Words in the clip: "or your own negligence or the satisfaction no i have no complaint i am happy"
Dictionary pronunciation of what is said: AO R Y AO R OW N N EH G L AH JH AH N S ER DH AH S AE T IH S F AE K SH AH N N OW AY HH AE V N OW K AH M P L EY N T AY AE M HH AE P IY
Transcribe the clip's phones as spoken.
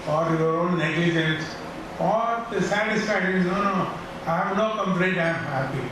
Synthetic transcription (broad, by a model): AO R Y AO R OW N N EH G L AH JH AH N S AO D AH S AE T IH S F AE K SH AH N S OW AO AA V N OW K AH M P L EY T AY M HH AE P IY